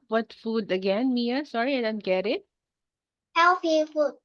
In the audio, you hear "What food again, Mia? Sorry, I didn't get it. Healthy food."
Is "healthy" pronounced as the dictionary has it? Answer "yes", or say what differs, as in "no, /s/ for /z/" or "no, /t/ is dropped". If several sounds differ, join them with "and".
no, /f/ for /θ/